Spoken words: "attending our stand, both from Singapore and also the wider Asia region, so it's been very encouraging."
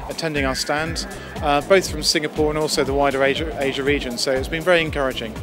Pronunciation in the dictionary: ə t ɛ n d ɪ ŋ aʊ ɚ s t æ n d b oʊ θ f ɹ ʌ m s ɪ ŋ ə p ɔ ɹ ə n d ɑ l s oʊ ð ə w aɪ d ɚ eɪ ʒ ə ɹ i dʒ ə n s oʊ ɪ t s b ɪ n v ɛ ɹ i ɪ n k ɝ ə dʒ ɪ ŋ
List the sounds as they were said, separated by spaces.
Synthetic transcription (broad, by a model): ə t ɛ n d ɪ ŋ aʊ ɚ s t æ n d b oʊ θ f ɹ ʌ m s ɪ ŋ ə p ɔ ɹ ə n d ɑ l s oʊ ð ə w aɪ d ɚ eɪ ʒ ə ɹ i dʒ ə n s oʊ ɪ t s b ɪ n v ɛ ɹ i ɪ n k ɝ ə dʒ ɪ ŋ